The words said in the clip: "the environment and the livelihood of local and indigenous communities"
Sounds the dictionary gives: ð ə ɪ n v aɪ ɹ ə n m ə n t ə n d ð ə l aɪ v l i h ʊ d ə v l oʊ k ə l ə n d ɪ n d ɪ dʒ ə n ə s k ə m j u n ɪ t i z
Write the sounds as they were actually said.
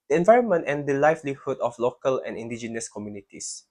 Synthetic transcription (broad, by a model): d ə ɪ n v aɪ ɹ ə n m ə n t ə n d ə l aɪ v l i h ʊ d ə f l oʊ k ə l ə n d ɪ n d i dʒ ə n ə s k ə m j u n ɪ t i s